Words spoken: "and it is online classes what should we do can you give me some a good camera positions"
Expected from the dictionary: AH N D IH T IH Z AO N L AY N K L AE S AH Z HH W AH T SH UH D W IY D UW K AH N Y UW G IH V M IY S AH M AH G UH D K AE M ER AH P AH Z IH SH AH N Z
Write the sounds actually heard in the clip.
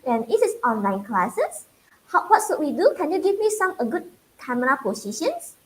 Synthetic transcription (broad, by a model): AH N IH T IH S AO N L AY N K L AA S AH S HH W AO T S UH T W IY D UW K AH N Y UW G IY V M IY S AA M AH G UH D K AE M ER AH P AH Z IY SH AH N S